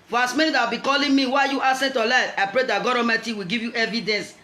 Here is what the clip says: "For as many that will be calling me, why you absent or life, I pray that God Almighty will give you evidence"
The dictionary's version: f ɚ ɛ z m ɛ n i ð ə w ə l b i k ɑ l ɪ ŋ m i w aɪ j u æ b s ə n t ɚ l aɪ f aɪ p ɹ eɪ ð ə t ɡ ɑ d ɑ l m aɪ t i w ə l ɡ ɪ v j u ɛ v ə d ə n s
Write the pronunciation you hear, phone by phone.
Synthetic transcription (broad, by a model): f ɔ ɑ s m ɛ n i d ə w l b i k ɑ l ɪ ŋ m i w aɪ j u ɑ s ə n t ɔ l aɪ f aɪ p ɹ eɪ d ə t ɡ ɑ d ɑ m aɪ t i w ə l ɡ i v j u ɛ v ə d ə n s